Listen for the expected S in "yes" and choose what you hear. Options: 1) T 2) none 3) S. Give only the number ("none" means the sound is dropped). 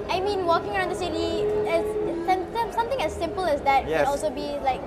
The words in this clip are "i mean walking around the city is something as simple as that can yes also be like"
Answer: 2